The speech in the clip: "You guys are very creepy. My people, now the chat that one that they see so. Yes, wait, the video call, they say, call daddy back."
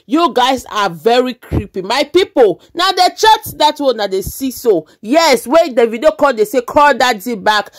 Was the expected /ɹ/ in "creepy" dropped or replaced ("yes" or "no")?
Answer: no